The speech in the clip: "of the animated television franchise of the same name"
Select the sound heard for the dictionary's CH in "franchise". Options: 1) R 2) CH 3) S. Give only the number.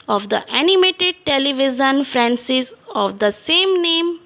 3